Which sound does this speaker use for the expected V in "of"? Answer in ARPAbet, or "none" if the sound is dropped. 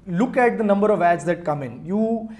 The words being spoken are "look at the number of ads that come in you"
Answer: V